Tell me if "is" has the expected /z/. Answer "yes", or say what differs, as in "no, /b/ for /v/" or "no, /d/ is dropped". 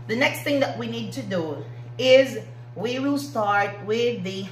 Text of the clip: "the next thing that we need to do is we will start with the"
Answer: yes